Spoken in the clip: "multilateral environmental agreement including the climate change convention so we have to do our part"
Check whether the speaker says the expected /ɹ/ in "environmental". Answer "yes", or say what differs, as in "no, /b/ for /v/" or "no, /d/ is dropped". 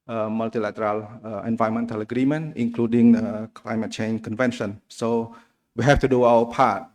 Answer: no, /ɹ/ is dropped